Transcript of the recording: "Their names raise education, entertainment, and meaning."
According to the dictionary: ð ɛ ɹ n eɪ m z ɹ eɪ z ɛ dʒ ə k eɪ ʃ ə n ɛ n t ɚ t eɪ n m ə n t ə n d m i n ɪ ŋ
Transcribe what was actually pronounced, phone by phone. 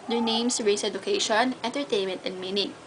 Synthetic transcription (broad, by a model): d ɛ ɹ n eɪ m s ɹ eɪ s ɛ dʒ ə k eɪ ʃ ə n ɛ n t ɚ t eɪ n m ə n t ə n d m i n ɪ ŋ